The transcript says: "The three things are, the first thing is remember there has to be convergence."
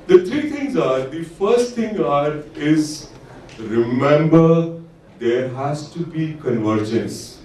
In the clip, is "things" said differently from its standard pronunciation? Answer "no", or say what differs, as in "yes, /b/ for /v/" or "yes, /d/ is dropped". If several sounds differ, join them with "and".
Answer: yes, /t/ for /θ/